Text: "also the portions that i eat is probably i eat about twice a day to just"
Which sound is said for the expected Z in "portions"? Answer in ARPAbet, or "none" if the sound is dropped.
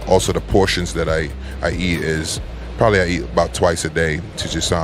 Z